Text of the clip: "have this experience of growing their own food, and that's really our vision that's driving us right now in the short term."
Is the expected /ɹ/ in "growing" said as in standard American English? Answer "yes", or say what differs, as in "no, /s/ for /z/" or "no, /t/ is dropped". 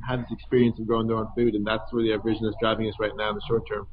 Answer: no, /ɹ/ is dropped